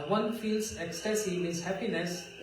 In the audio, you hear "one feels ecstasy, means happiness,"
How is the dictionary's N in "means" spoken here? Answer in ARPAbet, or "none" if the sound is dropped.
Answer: none